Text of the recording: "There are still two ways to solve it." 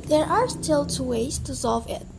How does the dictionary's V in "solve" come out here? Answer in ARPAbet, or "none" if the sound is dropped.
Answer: V